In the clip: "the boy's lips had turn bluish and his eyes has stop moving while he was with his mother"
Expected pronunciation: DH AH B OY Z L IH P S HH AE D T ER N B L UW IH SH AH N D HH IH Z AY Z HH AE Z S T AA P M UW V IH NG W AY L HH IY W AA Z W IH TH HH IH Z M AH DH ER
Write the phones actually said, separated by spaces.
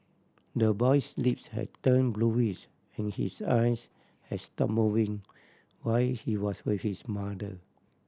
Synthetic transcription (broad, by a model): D AH B OY S L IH P S HH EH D T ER N B L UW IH S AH N HH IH S AY S HH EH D S T AA P M UW V IH NG W AY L HH IY W AA S W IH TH HH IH S M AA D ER